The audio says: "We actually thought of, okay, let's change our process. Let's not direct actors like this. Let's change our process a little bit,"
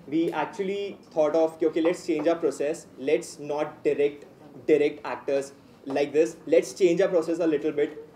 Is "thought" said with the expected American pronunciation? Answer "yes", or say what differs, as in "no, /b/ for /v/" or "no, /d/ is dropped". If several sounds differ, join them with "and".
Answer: no, /t/ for /θ/